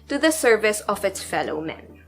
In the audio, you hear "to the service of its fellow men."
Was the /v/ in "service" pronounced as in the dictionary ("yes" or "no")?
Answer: yes